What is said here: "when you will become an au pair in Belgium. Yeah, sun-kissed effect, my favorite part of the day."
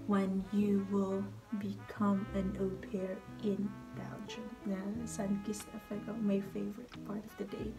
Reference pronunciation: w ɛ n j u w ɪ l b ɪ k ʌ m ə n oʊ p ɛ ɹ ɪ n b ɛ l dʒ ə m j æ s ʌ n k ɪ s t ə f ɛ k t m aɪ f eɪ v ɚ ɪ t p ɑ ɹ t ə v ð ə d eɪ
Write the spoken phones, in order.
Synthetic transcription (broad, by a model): w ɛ n j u w ɪ l b ɪ k ʌ m ə n oʊ p ɛ ɹ ɪ n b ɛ l dʒ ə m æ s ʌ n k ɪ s ə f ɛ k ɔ m aɪ f eɪ v ɚ ɪ t p ɑ ɹ t ə v ð ə d eɪ